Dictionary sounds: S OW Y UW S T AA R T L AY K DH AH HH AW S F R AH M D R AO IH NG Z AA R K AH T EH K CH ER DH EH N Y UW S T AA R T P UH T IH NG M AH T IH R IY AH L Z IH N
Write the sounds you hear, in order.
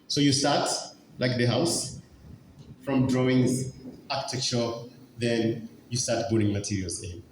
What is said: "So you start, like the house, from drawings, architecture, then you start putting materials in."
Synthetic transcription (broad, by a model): S OW Y UW S T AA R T L AY K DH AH HH AW S F R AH M D R AO IH NG Z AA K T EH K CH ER DH EH N Y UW S T AA R T B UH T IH NG M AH T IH R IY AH L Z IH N